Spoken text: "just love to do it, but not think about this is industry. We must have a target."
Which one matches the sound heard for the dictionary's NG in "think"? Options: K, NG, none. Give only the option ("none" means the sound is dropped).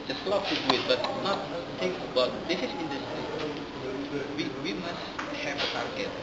none